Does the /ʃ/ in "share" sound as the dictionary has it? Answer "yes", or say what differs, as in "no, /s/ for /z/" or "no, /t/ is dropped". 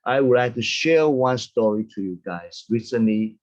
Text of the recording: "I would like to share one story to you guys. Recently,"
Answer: yes